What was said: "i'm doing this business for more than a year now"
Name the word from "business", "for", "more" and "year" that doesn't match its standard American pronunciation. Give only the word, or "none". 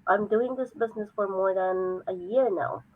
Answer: none